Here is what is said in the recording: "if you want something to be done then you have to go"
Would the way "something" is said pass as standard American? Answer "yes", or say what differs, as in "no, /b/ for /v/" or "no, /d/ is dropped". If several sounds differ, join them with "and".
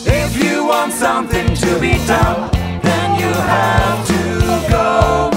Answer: yes